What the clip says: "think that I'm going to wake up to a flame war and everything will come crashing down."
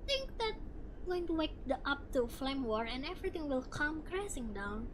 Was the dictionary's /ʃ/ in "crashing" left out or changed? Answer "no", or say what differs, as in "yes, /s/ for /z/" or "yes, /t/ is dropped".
yes, /s/ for /ʃ/